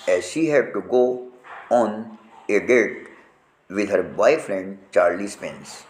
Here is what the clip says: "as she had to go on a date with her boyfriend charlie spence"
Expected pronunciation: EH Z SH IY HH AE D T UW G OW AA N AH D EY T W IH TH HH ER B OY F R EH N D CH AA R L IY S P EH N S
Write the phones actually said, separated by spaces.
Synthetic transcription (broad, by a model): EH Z SH IY HH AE D T UW G OW AA N AH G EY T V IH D HH ER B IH F R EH N D CH AA R L IY S P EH N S